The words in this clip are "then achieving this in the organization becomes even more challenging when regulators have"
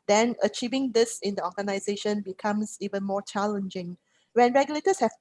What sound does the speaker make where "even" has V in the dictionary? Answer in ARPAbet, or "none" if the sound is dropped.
V